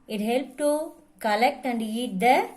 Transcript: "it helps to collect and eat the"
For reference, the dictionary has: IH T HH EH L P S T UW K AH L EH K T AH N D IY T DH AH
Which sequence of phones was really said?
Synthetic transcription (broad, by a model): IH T HH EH L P T UW K AH L EH K T AH N D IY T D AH